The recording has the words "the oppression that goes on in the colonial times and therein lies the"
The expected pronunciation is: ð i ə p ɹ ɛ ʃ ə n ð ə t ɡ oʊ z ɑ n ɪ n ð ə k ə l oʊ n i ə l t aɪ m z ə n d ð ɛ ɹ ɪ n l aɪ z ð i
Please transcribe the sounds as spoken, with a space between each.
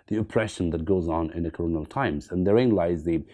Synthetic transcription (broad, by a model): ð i ə p ɹ ɛ ʃ ə n ð ə t ɡ oʊ z n ɪ n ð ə k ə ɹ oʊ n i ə l t aɪ m z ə n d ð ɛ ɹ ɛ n l aɪ z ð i